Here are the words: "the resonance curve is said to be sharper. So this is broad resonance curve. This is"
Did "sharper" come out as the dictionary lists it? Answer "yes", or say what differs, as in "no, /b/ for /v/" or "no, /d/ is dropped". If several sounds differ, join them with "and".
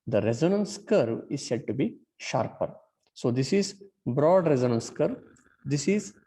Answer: yes